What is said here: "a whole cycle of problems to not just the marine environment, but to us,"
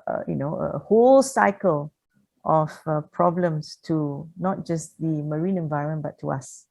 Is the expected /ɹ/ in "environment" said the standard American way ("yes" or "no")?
no